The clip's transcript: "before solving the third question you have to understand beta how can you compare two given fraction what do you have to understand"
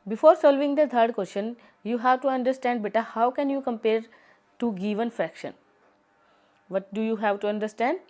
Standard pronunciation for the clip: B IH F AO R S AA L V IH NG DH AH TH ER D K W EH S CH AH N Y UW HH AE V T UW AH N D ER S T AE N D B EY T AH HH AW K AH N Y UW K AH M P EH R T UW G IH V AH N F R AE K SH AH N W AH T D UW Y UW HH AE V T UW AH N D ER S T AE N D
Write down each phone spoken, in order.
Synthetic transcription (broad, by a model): B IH F AO R S AA L V IH NG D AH T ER D K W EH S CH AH N Y UW HH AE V T UW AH N D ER S T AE N D B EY T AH HH AW K AH N Y UW K AH M P EH R T UW G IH V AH N F R AE K SH AH N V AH T D UW Y UW HH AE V T UW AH N D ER S T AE N D